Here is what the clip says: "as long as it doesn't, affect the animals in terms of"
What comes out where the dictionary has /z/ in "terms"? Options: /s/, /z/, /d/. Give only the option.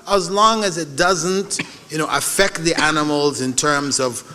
/z/